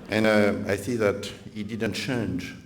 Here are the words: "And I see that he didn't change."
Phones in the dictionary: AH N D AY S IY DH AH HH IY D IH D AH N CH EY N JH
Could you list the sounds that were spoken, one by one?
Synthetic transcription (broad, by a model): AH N AY TH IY DH AH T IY D IH D AH N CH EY N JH